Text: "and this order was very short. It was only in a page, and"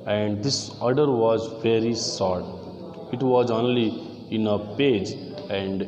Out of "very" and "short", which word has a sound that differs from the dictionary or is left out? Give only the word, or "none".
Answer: short